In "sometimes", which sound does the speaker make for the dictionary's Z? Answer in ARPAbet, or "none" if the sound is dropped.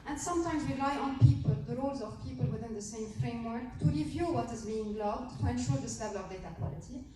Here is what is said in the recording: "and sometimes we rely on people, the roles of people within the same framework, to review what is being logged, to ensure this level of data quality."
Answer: Z